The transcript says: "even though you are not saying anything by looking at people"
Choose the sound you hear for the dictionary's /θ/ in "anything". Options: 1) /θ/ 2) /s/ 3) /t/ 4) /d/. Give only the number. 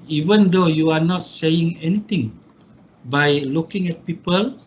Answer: 3